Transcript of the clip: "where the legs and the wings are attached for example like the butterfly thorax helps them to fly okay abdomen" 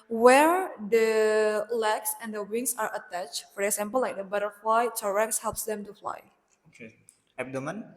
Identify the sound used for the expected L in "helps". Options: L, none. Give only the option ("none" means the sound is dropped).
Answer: L